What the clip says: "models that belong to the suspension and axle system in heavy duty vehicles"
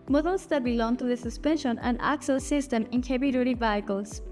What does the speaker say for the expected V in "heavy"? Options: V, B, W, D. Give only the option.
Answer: B